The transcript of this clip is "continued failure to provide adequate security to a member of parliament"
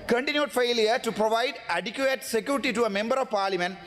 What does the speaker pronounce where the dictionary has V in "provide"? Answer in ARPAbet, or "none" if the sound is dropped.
V